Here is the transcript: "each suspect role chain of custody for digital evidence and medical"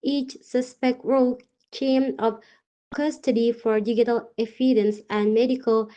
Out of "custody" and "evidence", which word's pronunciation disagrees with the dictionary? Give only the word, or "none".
evidence